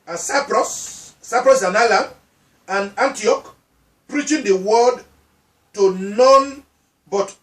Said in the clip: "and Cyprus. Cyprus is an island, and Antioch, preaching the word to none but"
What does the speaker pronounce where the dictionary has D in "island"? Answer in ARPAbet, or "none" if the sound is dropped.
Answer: none